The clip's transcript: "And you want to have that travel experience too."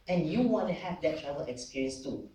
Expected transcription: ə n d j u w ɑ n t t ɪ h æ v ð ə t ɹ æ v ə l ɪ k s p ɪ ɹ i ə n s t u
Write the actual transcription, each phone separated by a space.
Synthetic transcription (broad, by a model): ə n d j u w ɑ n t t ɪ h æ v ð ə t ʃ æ ə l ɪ k s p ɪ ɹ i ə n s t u